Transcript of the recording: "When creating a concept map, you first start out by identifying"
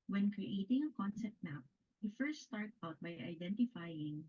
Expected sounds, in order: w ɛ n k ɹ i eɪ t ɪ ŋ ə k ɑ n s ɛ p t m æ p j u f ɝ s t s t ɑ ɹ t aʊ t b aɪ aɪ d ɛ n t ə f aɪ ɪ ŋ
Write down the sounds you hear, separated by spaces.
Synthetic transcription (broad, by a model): w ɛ n k ɹ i eɪ t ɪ ŋ ə k ɑ n s ɛ p t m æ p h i f ɝ s t s t ɑ ɹ t aʊ t b aɪ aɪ d ɛ n t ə f aɪ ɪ ŋ